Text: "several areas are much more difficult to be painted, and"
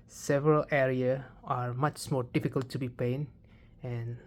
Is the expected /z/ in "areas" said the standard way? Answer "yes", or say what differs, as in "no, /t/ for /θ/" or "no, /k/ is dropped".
no, /z/ is dropped